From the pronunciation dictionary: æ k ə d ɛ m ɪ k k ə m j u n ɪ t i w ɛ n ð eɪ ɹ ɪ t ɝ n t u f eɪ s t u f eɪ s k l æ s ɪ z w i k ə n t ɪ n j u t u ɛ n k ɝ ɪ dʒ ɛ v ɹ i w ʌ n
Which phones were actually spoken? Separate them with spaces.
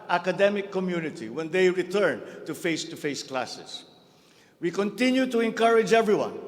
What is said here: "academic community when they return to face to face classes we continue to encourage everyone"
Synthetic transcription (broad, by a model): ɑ k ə d ɛ m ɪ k k ə m j u n ɪ t i w ɛ n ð eɪ ɹ ɪ t ɝ n t u f eɪ s t u f eɪ s k l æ s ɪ s w i k ə n t ɪ n j u t u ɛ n k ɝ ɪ dʒ ɛ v ɹ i w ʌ n